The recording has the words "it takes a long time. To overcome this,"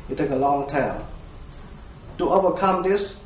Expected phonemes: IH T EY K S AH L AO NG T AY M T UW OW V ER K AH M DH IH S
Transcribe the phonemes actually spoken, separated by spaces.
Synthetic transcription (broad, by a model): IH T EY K AH L AO NG T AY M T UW OW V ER K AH M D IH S